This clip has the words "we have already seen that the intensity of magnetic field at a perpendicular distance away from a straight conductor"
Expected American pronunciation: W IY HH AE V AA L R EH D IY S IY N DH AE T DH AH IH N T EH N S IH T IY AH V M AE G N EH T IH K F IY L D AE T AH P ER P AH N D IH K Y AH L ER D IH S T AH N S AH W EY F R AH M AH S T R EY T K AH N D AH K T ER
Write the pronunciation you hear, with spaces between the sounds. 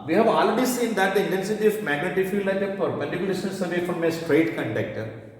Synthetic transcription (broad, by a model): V IY HH AE V AA L R EH D IY S IY N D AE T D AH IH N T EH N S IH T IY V M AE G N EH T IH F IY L AE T AH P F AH D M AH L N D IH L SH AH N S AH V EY F R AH M AH S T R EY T K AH N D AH K T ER